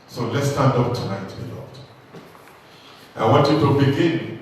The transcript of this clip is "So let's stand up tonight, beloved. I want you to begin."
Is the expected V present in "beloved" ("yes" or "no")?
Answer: no